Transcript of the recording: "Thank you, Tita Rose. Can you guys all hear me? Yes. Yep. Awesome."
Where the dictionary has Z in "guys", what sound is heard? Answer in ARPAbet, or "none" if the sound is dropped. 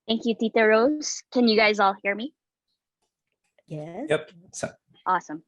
Z